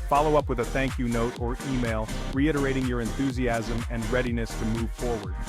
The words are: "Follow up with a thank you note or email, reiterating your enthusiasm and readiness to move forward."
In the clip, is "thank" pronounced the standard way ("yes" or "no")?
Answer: yes